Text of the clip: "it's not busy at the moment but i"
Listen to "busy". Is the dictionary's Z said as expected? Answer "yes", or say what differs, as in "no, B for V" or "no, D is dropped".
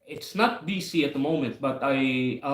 no, S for Z